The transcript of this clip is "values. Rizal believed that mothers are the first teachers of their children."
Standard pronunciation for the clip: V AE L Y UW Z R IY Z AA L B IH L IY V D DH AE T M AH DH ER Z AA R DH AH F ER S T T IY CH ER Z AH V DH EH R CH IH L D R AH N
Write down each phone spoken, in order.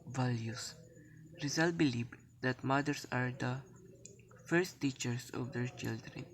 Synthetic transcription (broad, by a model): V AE L Y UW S R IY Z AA L B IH L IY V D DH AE T M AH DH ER S AA R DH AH F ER S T T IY CH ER S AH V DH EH R CH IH L D R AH N